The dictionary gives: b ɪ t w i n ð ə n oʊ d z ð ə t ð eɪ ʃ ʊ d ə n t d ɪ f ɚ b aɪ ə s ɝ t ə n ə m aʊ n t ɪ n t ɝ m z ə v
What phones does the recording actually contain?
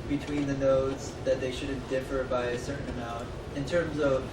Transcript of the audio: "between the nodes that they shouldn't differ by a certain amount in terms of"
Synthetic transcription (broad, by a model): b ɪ t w i n ð ə n oʊ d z ð ə t ð eɪ ʃ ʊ d n d ɪ f ɚ b aɪ ə s ɝ t n ə m aʊ n t ɪ n t ɝ m z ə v